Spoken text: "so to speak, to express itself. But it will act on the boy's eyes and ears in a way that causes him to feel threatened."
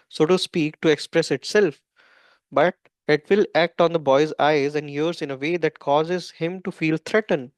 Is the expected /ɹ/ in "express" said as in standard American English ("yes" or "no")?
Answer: yes